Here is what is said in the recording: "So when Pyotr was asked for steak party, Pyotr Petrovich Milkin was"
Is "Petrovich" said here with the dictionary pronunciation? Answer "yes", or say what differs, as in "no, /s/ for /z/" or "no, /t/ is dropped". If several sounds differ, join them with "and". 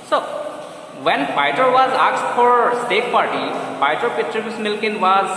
no, /s/ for /tʃ/